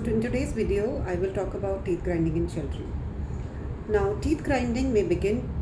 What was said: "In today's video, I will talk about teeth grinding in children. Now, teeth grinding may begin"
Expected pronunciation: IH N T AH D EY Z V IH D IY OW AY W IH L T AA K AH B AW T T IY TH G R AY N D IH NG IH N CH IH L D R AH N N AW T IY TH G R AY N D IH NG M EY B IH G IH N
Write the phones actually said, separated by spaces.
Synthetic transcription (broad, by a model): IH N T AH D EY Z V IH D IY OW AY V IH L T AA K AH B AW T T IY T G R AY N D IH NG IH N SH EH L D R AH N N AW T IY T G R AY N D IH NG M EY B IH G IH N